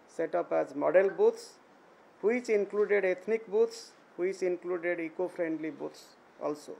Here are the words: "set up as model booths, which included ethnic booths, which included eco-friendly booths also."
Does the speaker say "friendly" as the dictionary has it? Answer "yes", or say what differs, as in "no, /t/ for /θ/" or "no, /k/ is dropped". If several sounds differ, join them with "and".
no, /p/ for /f/